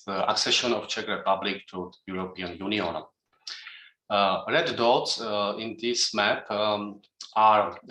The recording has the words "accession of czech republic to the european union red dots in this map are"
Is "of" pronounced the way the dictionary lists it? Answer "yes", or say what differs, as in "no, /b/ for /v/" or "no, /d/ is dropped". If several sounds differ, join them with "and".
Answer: no, /f/ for /v/